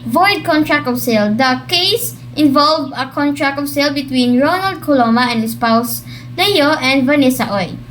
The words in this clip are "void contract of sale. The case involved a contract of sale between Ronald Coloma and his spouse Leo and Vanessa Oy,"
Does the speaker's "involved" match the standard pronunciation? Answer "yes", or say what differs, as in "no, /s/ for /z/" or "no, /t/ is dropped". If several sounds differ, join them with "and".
no, /d/ is dropped